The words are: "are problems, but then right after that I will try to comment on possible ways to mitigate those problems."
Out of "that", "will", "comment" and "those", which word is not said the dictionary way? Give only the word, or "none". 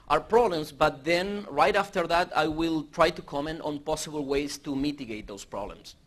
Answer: those